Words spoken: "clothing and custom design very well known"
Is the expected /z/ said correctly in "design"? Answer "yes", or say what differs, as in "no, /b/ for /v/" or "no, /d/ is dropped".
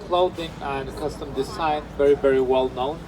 no, /s/ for /z/